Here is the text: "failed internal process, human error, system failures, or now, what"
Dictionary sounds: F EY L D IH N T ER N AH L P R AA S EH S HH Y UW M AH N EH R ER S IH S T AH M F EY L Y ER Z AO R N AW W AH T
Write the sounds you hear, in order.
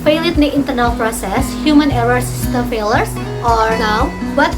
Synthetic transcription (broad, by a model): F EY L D IH N T ER N AH L P R AA S EH S HH Y UW M AH N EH R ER S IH S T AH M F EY L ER S AO R N AW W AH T